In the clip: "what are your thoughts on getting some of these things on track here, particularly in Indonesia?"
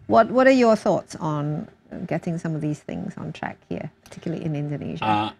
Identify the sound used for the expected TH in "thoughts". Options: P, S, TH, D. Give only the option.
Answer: TH